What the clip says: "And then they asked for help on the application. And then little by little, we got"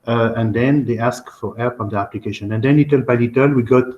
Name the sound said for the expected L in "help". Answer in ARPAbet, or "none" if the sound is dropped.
none